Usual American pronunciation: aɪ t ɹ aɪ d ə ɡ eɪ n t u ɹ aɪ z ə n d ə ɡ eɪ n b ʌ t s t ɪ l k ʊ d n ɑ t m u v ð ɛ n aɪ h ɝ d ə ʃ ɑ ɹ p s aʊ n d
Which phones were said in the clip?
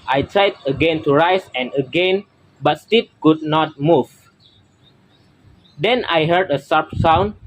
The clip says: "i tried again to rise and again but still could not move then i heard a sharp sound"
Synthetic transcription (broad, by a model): aɪ t ɹ aɪ d ə ɡ eɪ n t u ɹ aɪ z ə n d ə ɡ eɪ n b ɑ t s t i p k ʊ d n ɑ t m u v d ɛ n aɪ h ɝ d ə s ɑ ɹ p s aʊ n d